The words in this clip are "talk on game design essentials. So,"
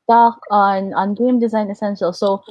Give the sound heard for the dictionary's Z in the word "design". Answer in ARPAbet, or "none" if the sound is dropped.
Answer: Z